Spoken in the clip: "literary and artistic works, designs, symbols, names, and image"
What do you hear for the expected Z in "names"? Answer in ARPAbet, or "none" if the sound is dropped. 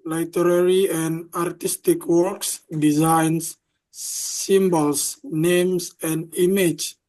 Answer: S